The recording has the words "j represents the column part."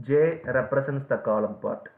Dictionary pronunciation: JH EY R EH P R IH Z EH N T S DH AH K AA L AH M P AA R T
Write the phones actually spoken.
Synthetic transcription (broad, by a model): JH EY R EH P R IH S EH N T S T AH K AA L AH M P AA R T